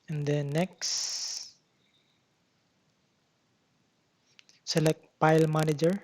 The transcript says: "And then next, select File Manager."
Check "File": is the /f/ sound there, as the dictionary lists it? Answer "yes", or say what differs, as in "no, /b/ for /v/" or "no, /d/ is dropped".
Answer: no, /p/ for /f/